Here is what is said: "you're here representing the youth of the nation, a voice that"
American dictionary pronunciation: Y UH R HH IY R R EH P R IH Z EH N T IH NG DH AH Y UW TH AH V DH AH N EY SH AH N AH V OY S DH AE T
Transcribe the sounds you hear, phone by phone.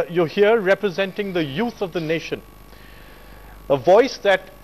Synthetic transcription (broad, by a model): Y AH HH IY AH R EH P R IH Z EH N T IH NG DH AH Y UW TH AH V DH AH N EY SH AH N AH V OY S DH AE T